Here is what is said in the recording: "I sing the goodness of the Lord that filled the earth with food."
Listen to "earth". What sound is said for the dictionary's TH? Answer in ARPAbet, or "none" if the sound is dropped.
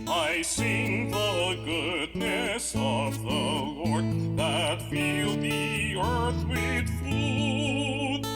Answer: TH